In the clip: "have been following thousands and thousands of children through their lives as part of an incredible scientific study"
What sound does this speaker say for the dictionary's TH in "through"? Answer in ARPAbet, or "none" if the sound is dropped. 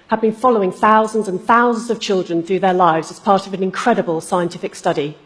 TH